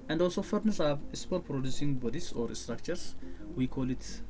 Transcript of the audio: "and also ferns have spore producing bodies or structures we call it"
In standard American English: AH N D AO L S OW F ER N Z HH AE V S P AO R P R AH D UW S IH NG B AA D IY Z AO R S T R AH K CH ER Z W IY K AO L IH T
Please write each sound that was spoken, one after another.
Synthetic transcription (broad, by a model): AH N D AO L S OW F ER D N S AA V S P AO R P R AH D UW S IH NG B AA D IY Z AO R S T R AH K CH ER S W IY K AO L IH T